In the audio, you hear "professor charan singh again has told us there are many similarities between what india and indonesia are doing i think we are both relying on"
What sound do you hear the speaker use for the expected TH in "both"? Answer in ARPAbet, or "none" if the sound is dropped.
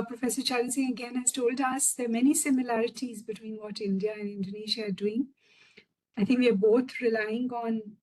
T